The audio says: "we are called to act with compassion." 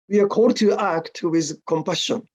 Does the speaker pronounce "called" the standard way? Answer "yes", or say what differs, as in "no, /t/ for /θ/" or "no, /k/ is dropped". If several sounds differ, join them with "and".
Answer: no, /l/ is dropped